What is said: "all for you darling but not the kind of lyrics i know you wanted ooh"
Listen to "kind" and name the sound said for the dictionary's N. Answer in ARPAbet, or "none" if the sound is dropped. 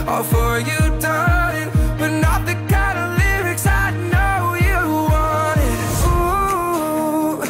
none